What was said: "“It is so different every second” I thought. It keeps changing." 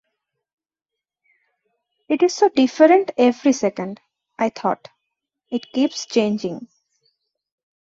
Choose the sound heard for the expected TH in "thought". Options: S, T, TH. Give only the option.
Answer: T